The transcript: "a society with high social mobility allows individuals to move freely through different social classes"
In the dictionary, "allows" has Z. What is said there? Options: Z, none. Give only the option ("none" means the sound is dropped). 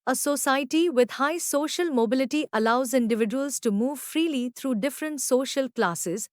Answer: Z